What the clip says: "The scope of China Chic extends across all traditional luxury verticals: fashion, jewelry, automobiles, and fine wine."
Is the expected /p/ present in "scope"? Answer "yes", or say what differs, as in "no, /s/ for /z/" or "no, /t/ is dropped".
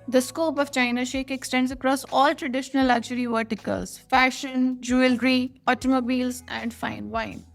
yes